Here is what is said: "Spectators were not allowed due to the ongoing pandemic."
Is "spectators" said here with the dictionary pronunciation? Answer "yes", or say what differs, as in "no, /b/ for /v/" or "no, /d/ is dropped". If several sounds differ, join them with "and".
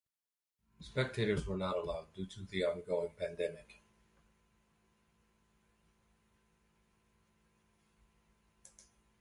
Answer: yes